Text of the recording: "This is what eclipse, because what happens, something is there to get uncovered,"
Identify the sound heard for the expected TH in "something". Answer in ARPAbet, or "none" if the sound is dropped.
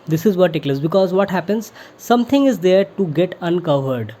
T